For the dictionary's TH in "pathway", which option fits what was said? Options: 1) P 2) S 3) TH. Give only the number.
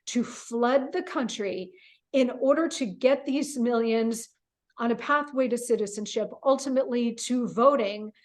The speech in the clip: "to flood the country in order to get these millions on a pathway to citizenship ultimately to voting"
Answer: 3